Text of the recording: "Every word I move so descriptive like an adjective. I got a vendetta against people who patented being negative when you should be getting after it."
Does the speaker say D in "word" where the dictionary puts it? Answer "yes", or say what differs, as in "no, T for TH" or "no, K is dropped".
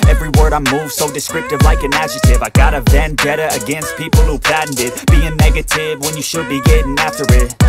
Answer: yes